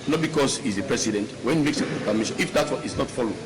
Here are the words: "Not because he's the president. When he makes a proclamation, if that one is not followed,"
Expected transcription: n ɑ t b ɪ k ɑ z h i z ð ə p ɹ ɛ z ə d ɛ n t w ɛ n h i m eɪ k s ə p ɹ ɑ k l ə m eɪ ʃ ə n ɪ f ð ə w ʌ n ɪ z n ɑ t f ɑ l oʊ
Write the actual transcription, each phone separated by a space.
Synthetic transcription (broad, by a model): n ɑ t b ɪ k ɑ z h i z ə p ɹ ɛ s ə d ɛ n t w ɛ n h i m eɪ k s ə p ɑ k ə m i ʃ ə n ɪ f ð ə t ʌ ɪ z n ɑ t f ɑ l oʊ